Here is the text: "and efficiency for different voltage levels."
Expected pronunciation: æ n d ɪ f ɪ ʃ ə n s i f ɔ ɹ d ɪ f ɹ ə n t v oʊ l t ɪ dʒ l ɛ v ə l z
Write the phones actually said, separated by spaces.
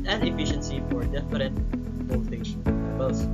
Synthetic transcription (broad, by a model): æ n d ɪ f ɪ ʃ ə n s i f ɔ ɹ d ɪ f ɹ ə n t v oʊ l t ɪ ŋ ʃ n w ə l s